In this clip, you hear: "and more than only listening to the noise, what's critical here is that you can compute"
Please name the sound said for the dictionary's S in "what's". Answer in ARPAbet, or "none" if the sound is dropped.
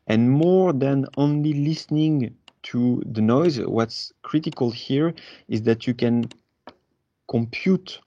S